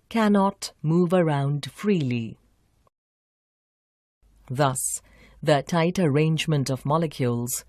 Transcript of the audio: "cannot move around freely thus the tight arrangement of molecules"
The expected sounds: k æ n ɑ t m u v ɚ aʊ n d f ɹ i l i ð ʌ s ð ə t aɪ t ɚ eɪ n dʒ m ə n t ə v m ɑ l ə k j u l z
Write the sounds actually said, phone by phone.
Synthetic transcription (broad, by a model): k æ n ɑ t m u v ɚ aʊ n d f ɹ i l i ð ʌ s ð ə t aɪ t ɚ eɪ n dʒ m ə n t ə v m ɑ l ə k j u l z